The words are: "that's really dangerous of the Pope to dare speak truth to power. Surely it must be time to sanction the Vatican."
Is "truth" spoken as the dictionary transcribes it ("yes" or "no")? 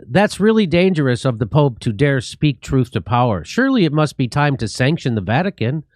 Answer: yes